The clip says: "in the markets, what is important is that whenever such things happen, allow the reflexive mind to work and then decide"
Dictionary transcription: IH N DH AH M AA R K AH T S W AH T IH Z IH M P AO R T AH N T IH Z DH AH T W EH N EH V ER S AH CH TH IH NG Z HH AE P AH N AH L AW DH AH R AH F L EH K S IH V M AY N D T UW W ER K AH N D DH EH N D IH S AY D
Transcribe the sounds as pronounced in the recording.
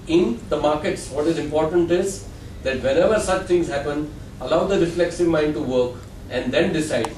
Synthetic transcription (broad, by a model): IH N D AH M AA R K AH T S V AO T IH Z IH M P AO R T AH N T IH Z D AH T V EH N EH V ER S AH CH T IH NG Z HH AE P AH N AH L AW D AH R AH F L EH K S IH V M AY N D T UW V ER K AH N D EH N D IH S AY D